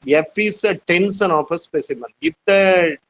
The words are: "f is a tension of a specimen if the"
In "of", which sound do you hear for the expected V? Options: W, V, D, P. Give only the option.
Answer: P